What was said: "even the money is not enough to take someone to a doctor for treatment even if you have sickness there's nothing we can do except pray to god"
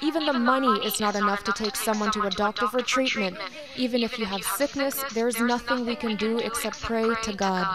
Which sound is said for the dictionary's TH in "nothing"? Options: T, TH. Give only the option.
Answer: TH